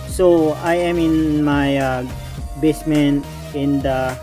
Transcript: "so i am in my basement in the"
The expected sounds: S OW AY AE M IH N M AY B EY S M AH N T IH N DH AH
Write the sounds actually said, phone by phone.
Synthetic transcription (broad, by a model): S OW AY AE M IH N M AY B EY S M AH N IH N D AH